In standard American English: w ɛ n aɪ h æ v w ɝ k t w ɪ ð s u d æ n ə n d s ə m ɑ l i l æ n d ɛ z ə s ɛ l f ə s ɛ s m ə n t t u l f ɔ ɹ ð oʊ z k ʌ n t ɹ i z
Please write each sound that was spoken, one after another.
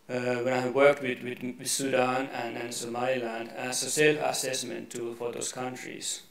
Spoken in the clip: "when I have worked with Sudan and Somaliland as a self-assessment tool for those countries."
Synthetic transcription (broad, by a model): w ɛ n aɪ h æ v w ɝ k t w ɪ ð s u d æ n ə n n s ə m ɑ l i l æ n d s ə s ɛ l ə s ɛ s m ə n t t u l f ɔ ɹ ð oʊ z k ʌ n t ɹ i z